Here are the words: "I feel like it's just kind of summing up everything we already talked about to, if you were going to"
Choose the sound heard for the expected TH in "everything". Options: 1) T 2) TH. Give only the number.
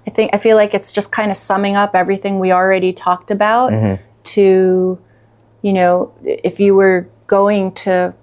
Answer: 2